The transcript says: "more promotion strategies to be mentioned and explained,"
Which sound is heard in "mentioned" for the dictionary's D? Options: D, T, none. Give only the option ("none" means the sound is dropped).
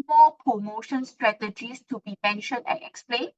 none